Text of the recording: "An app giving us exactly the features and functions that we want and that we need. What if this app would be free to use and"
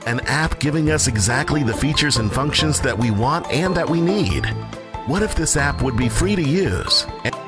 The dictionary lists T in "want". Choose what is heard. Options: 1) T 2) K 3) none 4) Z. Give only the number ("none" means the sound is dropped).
1